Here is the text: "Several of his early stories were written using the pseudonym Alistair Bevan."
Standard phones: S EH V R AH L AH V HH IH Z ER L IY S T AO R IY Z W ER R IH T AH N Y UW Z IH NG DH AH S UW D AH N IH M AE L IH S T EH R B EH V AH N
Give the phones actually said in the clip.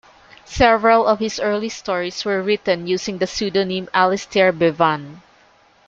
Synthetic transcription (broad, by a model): S EH V R AH L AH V HH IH S ER L IY S T AO R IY S W ER R IH T AH N Y UW S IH NG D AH S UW D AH N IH M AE L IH S T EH R B EH V AH N